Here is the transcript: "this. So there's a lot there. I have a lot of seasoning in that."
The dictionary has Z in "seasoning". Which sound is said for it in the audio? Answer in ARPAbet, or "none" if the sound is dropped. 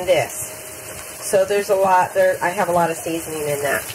Z